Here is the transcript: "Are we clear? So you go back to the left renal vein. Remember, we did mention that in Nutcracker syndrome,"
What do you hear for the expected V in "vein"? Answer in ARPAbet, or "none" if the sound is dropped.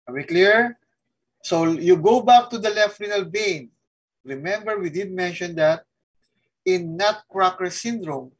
B